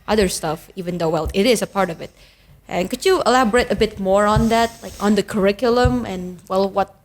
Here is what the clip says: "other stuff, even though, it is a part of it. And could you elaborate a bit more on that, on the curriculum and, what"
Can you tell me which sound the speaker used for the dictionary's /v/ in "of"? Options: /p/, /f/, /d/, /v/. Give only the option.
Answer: /v/